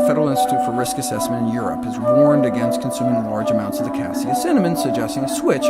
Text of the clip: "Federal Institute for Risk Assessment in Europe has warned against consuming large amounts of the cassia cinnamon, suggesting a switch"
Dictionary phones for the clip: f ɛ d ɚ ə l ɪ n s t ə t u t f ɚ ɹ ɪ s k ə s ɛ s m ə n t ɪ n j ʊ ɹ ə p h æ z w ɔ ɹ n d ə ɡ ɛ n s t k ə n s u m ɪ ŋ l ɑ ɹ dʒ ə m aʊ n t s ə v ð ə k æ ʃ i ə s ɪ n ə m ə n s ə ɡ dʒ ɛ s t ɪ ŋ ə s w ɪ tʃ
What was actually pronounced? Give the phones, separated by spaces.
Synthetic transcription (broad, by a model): f ɛ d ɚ l ɪ n s t ə t u t f ɚ ɹ ɪ s k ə s ɛ s m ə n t ɪ n j ʊ ɹ ə p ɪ z w ɔ ɹ n d ə ɡ ɛ n s t k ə n s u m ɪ ŋ l ɑ ɹ dʒ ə m aʊ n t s ə v ð ə k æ s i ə s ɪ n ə m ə n s ə ɡ dʒ ɛ s t ɪ ŋ ə s w ɪ tʃ